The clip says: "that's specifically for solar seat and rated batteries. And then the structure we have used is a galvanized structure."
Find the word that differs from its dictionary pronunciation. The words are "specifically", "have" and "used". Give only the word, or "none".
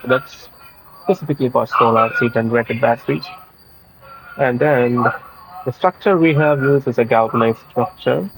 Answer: used